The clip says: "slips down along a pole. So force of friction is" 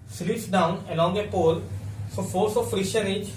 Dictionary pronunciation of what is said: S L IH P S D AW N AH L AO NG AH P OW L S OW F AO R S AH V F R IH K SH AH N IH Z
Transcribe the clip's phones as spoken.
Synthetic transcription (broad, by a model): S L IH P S D AW N AH L AO NG AH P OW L S OW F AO L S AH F R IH SH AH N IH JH